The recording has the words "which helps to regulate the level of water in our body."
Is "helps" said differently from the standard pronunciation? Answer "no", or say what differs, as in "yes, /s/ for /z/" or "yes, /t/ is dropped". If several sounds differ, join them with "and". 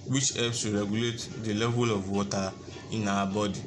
yes, /l/ is dropped